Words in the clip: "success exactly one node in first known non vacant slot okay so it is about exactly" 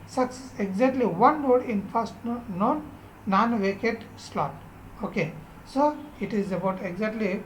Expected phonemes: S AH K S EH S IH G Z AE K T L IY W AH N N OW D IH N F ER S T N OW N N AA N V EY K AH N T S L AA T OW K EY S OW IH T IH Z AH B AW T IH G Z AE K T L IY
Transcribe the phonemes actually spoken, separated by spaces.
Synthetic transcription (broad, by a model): S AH K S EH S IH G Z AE K T L IY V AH N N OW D IH N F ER S T N OW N N AA N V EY K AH T S L AA T OW K EY S OW IH T IH Z AH B AW T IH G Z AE K T L IY